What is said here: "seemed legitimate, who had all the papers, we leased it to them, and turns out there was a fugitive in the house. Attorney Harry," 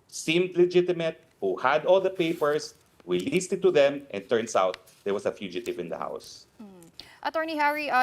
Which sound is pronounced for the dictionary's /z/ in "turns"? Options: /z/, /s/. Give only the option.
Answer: /s/